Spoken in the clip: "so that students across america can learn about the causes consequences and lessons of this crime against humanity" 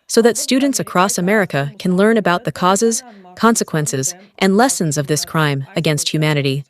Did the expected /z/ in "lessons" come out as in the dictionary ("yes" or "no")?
yes